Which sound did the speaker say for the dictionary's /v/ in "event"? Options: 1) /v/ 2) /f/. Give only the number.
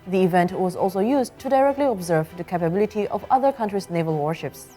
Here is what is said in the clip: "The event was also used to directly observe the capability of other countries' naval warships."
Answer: 1